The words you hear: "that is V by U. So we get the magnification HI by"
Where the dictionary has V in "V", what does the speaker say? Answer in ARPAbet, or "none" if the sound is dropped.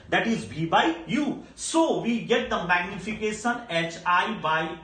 B